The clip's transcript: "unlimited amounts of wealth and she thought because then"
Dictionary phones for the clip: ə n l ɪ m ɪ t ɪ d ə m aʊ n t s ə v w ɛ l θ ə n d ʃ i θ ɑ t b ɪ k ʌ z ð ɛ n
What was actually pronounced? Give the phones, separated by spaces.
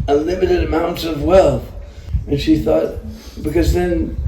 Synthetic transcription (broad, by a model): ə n l ɪ m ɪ t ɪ d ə m aʊ n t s ə v w ɛ l θ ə n ʃ i θ ɑ t b ɪ k ʌ z ð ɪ n